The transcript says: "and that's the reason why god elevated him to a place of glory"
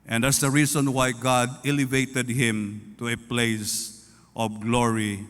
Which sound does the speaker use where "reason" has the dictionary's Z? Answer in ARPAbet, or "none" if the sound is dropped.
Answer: S